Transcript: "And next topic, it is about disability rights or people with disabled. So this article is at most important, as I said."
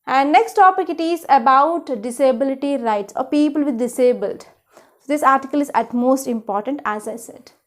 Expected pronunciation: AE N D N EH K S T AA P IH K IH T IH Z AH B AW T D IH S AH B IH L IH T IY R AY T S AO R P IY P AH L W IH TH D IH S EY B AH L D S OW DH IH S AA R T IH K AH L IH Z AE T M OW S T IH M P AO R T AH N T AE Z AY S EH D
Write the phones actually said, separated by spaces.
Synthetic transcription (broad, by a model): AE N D N EH K S T AA P IH K IH T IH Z AH B AW T D IH S AH B IH L IH T IY R AY T S AO R P IY P AH L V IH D D IH S EY B AH L D S OW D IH S AA R T IH K AH L IH Z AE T M OW S T IH M P AO R T AH N T AE Z AY S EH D